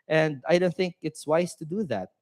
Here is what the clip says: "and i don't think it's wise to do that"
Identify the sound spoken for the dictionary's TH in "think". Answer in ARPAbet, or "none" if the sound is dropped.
TH